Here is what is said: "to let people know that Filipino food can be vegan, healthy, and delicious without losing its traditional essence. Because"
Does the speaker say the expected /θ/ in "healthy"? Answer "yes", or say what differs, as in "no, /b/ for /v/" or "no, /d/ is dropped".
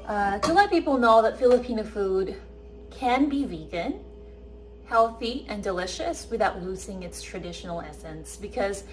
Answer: yes